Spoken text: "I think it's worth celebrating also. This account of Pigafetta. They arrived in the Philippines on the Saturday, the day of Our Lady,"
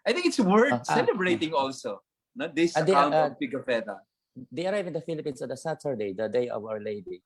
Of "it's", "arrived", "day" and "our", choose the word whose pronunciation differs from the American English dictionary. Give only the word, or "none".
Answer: arrived